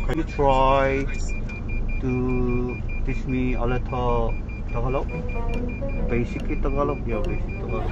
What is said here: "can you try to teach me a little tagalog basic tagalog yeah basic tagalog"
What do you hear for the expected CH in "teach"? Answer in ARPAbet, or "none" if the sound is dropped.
S